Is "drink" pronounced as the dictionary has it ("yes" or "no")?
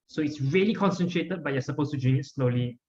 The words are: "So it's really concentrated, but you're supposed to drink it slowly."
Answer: no